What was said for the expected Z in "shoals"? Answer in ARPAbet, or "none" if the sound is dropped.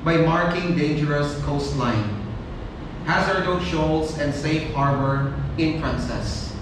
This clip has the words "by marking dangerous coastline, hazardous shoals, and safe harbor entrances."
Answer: S